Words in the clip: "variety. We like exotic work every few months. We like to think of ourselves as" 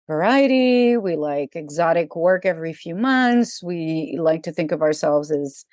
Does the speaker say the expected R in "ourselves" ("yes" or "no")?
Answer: yes